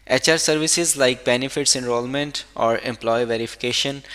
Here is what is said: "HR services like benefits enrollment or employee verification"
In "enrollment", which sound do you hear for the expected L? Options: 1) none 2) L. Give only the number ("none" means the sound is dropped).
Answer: 2